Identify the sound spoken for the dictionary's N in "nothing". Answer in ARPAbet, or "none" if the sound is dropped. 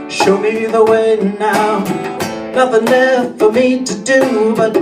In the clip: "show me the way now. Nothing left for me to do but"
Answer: L